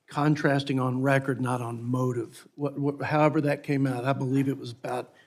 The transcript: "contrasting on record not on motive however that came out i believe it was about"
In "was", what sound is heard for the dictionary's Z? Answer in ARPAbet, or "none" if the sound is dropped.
Z